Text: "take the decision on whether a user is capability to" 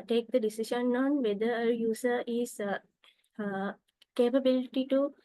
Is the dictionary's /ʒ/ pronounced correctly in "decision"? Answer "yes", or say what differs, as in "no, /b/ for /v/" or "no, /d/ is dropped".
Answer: no, /ʃ/ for /ʒ/